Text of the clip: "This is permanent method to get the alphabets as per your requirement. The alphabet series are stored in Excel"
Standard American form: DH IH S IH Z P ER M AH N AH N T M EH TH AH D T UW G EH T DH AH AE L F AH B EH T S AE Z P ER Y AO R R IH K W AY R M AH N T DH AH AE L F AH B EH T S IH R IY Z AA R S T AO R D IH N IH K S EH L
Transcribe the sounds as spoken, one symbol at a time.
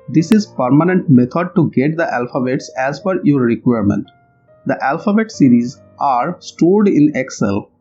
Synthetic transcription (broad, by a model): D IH S IH Z P ER M AH N AH N T M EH T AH D T UW G EH T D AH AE L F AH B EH T S AE Z F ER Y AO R R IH K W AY R M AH N T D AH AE L F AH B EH T S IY R IY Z AA R S T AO D IH N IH K S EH L